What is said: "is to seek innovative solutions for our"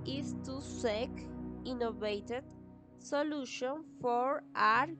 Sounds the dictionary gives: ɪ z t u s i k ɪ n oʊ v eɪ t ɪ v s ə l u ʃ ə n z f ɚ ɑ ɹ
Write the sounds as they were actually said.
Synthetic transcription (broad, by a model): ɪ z t u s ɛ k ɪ n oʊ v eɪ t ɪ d s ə l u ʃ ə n f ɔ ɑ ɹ